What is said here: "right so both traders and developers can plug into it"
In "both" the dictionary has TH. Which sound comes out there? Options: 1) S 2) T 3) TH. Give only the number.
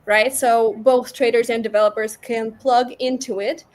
3